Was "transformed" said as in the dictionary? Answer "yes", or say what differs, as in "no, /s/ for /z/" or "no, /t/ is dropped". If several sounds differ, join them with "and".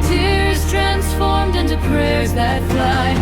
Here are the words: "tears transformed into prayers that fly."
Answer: yes